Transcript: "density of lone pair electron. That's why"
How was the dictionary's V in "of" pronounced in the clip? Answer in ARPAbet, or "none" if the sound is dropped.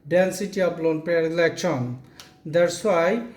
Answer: P